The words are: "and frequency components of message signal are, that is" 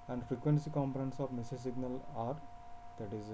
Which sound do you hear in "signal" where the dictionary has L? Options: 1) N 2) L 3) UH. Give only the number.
2